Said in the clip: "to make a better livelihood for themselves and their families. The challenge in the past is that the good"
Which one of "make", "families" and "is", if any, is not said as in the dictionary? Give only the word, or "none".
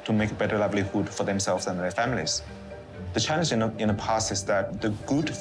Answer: is